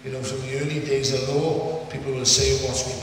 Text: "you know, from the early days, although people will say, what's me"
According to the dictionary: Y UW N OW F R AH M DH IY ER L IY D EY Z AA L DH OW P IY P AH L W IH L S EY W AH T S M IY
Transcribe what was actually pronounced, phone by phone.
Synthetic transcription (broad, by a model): Y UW N OW F R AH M DH IY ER L IY D EY Z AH L OW P IY P AH L W IH L S EY W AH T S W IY